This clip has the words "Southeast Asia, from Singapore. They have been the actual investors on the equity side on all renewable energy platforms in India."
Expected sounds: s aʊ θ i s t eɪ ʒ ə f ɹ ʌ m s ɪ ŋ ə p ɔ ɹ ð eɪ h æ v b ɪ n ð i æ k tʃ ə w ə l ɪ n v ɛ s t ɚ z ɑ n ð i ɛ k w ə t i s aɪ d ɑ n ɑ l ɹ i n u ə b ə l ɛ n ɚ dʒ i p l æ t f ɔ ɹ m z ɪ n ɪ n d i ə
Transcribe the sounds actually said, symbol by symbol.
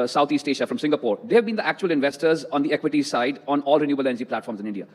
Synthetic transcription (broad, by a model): s aʊ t i s t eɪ ʃ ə f ɹ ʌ m s ɪ ŋ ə p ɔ ɹ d eɪ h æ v b ɪ n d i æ k tʃ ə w ə l ɪ n v ɛ s t ɚ z ɑ n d i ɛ k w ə t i s aɪ d ɑ n ɑ l ɹ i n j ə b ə l ɛ n ɚ dʒ i p l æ t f ɔ ɹ m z ɪ n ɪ n d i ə